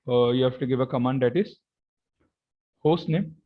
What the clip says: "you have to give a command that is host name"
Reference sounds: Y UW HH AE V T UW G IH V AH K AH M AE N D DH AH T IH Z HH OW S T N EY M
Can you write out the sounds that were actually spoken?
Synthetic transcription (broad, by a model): Y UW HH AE F T UW G IH V AH K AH M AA N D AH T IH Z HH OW S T N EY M